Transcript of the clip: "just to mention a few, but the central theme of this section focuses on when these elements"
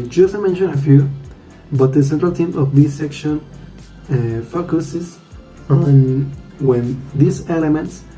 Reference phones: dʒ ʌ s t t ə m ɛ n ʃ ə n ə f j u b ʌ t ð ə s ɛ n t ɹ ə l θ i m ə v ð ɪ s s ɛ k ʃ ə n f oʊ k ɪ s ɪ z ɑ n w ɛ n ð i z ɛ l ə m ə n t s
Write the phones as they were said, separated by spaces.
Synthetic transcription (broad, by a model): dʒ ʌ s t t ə m ɛ n ʃ ə n ə f j u b ʌ t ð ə s ɛ n t ɹ ə l t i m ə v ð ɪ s s ɛ k ʃ ə n f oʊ k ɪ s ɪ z ɑ n w ɛ n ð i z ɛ l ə m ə n t s